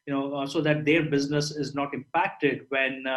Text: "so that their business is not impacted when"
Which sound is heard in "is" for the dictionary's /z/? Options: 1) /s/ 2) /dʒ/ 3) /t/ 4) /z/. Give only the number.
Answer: 4